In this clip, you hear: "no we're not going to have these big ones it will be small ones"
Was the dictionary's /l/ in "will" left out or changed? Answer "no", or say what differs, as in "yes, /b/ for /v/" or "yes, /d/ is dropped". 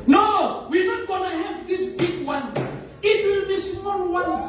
no